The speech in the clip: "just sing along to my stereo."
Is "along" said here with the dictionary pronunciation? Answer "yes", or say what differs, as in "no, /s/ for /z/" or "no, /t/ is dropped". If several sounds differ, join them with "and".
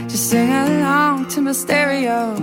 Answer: no, /l/ is dropped